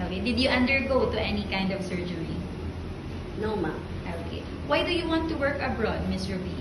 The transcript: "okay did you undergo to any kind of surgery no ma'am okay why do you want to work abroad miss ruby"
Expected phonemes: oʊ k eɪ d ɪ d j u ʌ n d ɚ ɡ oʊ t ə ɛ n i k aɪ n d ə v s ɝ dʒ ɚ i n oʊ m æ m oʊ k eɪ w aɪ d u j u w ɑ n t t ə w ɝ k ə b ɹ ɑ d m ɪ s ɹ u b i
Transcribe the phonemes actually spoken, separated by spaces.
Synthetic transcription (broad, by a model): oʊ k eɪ d ɪ d j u ʌ n d ɚ ɡ oʊ t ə ɛ n i k aɪ n d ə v s ɝ dʒ ɚ i n oʊ m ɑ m oʊ k eɪ w aɪ d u j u w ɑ n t t ə w ɝ k ə b ɹ ɑ d m ɪ s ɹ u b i